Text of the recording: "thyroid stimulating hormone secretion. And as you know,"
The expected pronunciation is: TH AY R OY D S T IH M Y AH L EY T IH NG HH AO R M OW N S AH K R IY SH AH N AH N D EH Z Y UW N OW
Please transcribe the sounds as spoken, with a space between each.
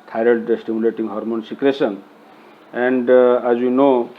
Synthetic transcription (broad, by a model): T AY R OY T S T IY M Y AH L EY T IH NG HH AO R M OW N S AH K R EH S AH N AH N D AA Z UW N OW